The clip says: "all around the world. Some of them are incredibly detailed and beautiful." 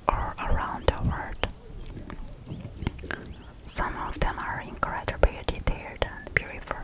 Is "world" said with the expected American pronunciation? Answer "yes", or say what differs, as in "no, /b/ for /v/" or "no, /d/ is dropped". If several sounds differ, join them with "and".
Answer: no, /l/ is dropped